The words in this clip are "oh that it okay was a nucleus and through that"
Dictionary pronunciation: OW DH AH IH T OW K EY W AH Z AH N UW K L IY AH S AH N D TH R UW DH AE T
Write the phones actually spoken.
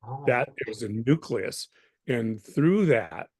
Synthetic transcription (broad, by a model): DH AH IH T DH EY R Z AH N UW K L IY AH S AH N TH R UW DH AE T